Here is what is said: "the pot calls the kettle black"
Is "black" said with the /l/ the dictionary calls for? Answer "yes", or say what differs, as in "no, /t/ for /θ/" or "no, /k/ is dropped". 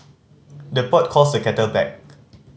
no, /l/ is dropped